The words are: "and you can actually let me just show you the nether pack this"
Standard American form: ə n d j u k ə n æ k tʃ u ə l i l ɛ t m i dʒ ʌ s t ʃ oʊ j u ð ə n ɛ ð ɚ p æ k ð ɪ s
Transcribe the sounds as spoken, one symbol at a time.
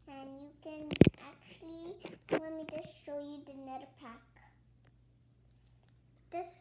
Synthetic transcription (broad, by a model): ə n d j u k ə n æ k tʃ u ə l i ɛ m i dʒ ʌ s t ʃ oʊ j u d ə n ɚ p æ k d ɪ s